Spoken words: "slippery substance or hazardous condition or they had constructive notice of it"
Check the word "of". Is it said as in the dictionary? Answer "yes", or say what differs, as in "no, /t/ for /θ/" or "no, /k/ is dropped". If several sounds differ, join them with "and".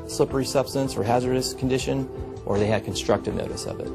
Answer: yes